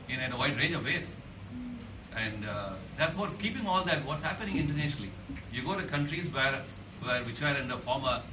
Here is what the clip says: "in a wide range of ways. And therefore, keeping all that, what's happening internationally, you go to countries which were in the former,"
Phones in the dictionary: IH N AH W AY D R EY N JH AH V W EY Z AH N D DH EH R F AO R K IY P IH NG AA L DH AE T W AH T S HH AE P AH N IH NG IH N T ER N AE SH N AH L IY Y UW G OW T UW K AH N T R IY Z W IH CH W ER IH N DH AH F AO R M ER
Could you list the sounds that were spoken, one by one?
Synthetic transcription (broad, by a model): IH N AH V AY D R EY N JH AH V EY S AH N D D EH R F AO R K IY P IH NG AA L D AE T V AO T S HH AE P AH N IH NG IH N T ER N AE SH N AH L IY Y UW G OW T UW K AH N T R IY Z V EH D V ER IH N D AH F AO R M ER